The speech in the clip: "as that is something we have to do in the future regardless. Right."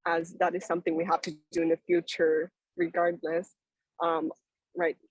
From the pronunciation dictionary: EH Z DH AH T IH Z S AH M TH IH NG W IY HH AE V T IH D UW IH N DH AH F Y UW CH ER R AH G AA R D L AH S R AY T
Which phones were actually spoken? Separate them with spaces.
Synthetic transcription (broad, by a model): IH Z DH AH T IH Z S AH M TH IH NG W IY HH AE F T IH D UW IH N DH AH F Y UW CH ER R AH G AA R D L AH S R AY T